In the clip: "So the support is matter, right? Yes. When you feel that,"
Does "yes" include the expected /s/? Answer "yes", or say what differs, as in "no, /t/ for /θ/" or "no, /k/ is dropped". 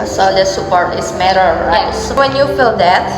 no, /s/ is dropped